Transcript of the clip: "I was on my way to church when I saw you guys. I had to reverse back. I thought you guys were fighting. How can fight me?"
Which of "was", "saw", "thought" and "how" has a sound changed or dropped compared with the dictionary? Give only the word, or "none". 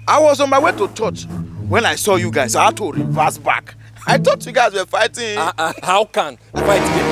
thought